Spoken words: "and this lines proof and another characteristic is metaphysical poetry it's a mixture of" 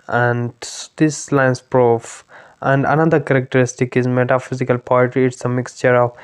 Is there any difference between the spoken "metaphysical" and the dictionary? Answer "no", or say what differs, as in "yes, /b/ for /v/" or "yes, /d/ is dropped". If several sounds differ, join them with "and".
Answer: no